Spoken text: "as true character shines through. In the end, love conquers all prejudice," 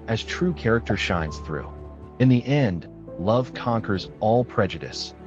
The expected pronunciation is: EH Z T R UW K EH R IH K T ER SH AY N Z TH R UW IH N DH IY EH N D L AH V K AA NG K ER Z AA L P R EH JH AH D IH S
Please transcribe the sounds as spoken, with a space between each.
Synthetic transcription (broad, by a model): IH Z T R UW K EH R IH K T ER SH AY N Z TH R UW IH N DH IY EH N D L AH V K AA NG K ER Z AA L P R EH JH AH D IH S